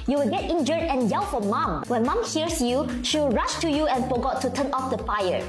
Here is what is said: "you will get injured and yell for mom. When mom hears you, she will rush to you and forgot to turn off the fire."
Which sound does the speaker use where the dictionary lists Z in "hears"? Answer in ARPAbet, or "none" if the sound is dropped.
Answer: S